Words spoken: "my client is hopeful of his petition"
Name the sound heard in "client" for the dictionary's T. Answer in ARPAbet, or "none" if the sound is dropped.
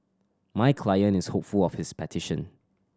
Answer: none